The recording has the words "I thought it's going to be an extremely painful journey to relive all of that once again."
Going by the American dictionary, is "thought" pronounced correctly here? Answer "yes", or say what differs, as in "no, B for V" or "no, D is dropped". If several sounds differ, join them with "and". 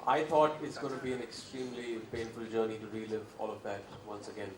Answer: no, T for TH